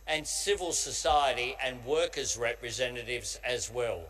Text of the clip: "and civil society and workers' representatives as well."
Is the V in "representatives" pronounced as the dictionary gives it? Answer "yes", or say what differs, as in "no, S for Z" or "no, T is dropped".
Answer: yes